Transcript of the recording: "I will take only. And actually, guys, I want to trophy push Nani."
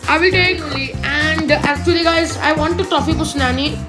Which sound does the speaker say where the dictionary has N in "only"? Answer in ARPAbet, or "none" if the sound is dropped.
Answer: none